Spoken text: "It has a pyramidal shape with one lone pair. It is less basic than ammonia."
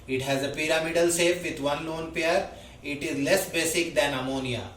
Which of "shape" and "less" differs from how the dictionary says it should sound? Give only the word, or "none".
shape